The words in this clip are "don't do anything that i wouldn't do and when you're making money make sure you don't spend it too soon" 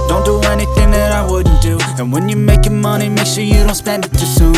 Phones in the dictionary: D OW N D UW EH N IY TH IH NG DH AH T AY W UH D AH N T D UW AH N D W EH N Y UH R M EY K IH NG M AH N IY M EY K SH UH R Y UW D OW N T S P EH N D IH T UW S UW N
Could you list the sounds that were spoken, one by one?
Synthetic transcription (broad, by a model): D OW N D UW EH N IY TH IH NG DH AH T AY W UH D N D UW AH N W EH N Y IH M EY K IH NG M AH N IY M EY K SH UH R Y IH D OW N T S P EH N D IH T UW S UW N